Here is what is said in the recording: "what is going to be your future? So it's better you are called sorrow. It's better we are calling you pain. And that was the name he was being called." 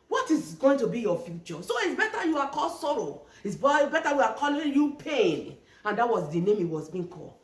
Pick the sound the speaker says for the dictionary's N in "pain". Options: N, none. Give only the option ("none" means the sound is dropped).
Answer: N